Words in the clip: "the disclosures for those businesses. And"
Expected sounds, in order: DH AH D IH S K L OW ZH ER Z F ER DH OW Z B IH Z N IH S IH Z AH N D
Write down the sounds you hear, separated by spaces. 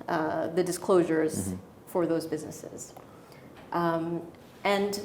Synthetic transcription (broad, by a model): DH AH D IH S K L OW ZH ER Z F ER DH OW Z B IH Z N IH S IH Z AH N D